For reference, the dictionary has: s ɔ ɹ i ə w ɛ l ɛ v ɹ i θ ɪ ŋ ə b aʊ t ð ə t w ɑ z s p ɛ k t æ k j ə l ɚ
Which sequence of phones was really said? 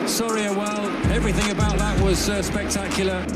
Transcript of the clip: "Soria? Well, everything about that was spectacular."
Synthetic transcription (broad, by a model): s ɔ ɹ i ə w ɛ l ɛ v ɹ i θ ɪ ŋ ə b aʊ t ð ə t w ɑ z s p ɛ k t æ k j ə l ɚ